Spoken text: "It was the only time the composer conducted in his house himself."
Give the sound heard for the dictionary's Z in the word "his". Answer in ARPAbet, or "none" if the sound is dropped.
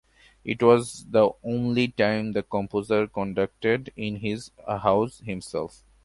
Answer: Z